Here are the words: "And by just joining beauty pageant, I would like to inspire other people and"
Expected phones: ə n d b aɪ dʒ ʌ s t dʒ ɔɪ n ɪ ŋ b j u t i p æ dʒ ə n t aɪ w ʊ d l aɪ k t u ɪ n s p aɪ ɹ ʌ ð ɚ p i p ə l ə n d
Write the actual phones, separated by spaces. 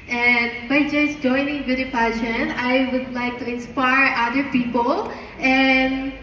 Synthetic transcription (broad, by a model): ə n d b aɪ dʒ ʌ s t dʒ ɔɪ n ɪ ŋ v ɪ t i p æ ʃ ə n aɪ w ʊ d l aɪ k t u ɪ n s p aɪ ɹ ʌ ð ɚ p i p ə l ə n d